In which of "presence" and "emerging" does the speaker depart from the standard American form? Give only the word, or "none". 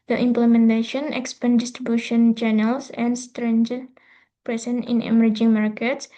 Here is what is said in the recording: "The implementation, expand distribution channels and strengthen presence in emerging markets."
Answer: presence